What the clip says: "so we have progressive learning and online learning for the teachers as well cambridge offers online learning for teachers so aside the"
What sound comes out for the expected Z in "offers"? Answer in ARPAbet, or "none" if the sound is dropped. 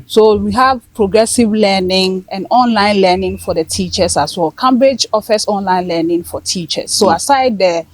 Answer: S